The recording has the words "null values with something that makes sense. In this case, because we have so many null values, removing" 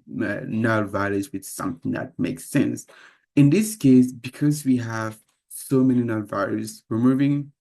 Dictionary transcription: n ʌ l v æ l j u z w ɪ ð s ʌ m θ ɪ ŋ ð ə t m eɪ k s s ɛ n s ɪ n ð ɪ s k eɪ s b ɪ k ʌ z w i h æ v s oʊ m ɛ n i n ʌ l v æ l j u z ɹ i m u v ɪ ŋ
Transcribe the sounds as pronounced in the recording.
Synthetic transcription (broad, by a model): n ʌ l v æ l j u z w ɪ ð s ʌ m θ ɪ ŋ ð ə t m eɪ k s s ɛ n s ɪ n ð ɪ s k eɪ s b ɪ k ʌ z w i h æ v s oʊ m ɛ n i n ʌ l v æ l j u z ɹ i m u v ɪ ŋ